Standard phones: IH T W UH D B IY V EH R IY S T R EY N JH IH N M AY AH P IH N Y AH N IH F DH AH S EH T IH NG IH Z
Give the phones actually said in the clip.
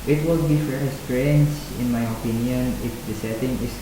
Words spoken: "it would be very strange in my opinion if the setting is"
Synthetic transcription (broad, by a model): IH T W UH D B IY F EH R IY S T R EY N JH IH N M AY AH P IH N Y AH N IH F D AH S EH T IH NG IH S